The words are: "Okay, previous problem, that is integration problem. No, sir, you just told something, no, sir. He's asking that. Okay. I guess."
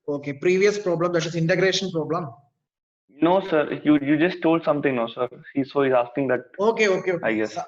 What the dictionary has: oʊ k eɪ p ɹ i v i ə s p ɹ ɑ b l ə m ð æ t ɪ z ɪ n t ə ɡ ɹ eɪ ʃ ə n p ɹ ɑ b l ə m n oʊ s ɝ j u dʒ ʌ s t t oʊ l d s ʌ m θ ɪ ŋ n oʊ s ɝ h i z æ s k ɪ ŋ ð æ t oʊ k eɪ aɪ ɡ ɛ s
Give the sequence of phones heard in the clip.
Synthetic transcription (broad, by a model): oʊ k eɪ p ɹ i v i ə s p ɹ ɑ b l ə m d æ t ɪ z ɪ n t ə ɡ ɹ eɪ ʃ ə n p ɹ ɑ b l ə m n oʊ s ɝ j u dʒ ʌ s t t oʊ l d s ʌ m t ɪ ŋ n oʊ s ɝ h i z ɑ s k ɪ ŋ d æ t oʊ k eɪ aɪ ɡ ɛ s